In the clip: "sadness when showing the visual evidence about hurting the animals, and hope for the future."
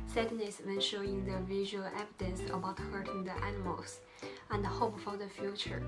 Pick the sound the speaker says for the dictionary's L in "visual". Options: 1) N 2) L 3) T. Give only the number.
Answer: 2